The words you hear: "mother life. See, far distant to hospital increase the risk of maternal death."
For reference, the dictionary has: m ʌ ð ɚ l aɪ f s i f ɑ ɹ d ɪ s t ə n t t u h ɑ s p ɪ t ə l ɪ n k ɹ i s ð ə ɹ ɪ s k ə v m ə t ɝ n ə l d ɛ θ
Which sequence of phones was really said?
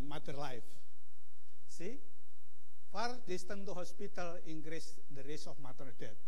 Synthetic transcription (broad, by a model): m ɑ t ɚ l aɪ f s i f ɑ ɹ d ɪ s t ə n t t u h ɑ s p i t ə l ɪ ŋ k ɹ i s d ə ɹ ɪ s ə f m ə t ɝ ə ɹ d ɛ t